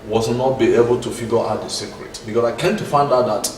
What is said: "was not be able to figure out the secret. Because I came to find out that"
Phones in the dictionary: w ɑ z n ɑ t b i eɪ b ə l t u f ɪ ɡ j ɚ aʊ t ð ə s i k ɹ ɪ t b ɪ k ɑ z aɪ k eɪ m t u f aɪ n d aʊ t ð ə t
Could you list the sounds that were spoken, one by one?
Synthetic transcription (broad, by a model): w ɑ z n ɑ t b i eɪ b ə l t u f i ɡ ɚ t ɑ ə s i k ɹ ɪ t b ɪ k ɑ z aɪ k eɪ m t u f aɪ n d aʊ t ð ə t